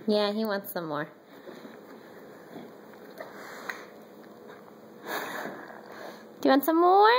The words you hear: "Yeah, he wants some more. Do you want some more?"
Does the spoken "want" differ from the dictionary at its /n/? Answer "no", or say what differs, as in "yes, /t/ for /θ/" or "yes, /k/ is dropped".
no